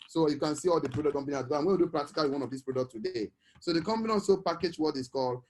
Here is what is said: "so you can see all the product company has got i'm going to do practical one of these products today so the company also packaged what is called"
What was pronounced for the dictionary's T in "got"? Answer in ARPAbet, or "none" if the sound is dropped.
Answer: none